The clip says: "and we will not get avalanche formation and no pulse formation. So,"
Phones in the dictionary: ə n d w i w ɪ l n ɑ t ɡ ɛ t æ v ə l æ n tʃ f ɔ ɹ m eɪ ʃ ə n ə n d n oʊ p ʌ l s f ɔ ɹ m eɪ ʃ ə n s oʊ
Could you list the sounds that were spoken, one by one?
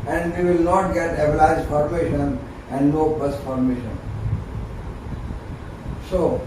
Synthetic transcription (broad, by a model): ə n d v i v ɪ l n ɑ t ɡ ɛ t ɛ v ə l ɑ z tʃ f ɔ ɹ m eɪ ʃ ə n ə n d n oʊ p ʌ s f ɔ ɹ m eɪ ʃ ə n s oʊ